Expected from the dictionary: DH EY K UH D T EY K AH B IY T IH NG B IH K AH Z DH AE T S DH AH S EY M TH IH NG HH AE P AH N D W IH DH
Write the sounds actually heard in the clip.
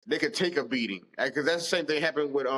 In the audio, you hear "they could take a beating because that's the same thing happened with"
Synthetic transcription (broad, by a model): DH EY K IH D T EY K AH B IY T IH NG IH K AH Z DH AE T S DH AH S EY M TH IH NG HH AE P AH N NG W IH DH